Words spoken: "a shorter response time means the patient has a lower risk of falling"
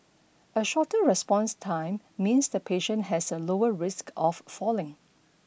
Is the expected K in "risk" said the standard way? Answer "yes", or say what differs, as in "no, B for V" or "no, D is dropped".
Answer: yes